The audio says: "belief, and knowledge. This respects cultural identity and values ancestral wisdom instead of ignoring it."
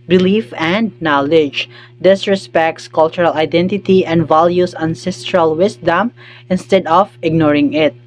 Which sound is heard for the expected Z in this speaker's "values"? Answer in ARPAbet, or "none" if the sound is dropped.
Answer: S